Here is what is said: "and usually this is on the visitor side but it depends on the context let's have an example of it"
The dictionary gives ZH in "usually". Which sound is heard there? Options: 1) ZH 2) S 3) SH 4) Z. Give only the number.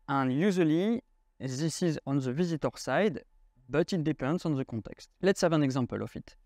4